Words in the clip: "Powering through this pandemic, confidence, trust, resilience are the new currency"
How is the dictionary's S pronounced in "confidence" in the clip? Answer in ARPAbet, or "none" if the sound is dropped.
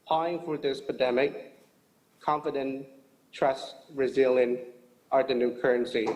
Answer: none